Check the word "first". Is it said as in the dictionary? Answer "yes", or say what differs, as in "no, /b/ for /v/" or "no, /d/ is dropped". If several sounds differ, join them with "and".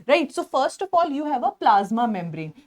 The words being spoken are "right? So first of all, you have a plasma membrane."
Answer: yes